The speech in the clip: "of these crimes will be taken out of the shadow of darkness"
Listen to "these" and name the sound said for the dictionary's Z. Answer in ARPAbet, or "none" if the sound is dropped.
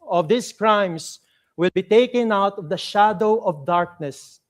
S